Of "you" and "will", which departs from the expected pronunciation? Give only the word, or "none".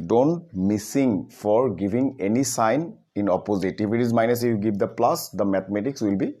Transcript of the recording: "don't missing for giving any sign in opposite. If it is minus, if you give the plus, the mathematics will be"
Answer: none